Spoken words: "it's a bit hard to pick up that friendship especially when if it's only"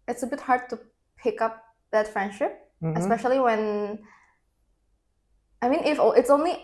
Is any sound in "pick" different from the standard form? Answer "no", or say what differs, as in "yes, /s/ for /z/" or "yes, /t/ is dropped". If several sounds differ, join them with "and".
no